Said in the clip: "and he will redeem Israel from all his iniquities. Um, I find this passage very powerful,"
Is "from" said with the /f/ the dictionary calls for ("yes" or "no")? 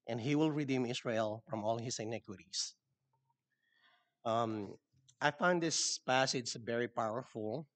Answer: yes